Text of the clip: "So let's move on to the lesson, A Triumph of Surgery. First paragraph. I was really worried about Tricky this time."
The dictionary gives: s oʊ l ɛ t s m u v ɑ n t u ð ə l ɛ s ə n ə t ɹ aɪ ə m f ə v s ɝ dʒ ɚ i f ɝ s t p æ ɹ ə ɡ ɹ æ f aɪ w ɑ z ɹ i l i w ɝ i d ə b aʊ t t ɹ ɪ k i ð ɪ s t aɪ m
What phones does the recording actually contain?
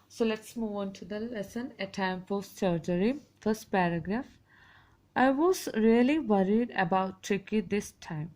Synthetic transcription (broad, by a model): s oʊ l ɛ t s m u v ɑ n t u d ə l ɛ s ə n ə t aɪ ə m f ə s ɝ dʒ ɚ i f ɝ s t p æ ɹ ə ɡ ɹ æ f aɪ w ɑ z ɹ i l i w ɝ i d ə b aʊ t t ɹ ɪ k i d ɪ s t aɪ m